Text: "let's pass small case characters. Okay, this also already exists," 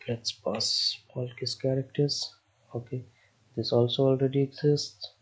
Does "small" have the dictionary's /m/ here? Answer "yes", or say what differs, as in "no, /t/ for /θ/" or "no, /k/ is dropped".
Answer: no, /m/ is dropped